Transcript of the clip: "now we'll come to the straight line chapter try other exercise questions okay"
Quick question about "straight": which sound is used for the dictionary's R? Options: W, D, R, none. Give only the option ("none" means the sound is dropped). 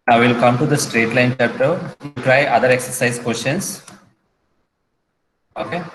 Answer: R